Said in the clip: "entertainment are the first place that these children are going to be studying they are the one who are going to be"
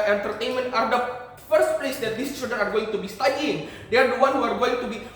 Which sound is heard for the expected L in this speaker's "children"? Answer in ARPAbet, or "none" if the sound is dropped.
none